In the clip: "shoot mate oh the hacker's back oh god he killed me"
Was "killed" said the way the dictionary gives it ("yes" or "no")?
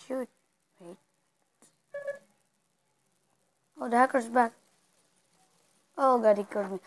no